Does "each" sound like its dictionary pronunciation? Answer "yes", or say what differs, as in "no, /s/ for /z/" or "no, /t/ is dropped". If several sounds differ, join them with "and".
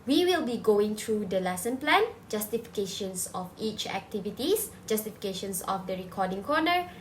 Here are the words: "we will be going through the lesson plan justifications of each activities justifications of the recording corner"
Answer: yes